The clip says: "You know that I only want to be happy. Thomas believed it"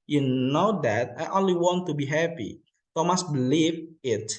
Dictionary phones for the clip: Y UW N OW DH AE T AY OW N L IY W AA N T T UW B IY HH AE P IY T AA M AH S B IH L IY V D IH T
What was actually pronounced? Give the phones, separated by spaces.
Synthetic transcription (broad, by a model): Y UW N OW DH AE T AY OW N L IY W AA N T T UW B IY HH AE P IY T AA M AH S B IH L IY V IH T